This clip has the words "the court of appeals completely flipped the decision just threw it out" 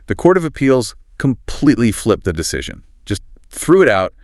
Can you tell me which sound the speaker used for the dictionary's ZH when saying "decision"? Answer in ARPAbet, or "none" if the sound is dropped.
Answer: ZH